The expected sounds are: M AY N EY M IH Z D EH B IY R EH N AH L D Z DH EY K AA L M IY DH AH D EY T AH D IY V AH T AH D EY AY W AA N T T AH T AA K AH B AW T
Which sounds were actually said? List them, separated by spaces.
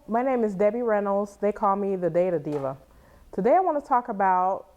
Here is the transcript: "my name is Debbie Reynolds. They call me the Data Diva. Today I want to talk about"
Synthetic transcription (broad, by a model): M AY N EY M IH Z D EH B IY R EH N L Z DH EY K AA L M IY DH AH D EY T AH D IY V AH T AH D EY AY W AA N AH T AA K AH B AW T